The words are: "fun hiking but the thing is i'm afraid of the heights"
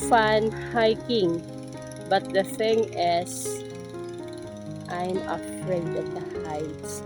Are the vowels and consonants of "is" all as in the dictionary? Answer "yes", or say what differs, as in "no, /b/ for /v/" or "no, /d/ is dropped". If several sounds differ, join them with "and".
no, /s/ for /z/